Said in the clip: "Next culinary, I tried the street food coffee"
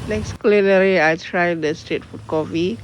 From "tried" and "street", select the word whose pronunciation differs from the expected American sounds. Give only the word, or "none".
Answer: street